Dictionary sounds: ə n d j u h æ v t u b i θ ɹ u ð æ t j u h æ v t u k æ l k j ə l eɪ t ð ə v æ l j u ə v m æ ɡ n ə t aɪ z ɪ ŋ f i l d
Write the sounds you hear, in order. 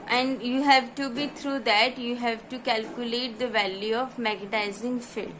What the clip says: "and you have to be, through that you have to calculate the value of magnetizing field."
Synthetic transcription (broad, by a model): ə n d j u h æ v t u b i t ɹ u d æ t j u h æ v t u k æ l k j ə l eɪ t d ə v æ l j u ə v m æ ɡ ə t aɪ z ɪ ŋ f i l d